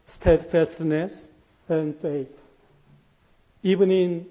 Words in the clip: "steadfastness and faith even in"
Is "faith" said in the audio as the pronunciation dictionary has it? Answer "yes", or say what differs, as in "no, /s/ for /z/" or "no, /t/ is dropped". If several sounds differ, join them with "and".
no, /s/ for /θ/